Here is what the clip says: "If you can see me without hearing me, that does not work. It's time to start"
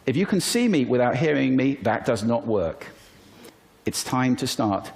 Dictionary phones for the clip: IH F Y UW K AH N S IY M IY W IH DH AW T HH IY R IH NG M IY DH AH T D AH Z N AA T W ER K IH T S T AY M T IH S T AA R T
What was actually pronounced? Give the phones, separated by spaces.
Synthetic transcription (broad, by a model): IH F Y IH K AH N S IY M IY W IH DH AW T HH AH R IH NG M IY DH AH T D AH Z N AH T W ER K IH T S T AY M T IH S T AA R T